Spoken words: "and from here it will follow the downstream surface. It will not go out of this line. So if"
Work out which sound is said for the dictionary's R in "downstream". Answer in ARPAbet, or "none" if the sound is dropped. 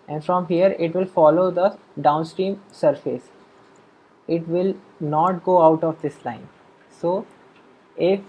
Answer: R